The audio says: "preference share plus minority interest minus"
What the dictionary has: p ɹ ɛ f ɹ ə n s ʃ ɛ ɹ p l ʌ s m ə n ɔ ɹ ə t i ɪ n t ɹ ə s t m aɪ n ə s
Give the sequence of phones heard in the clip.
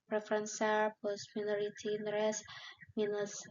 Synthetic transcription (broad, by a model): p ɹ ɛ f ɹ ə n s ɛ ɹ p ʌ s m ə n ɔ ɹ ə t i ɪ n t ɹ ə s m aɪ n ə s